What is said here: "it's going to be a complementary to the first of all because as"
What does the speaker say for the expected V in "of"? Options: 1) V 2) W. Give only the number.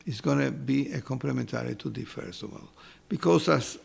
2